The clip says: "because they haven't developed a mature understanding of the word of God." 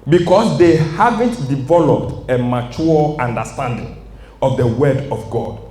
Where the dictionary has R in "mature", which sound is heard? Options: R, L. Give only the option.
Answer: L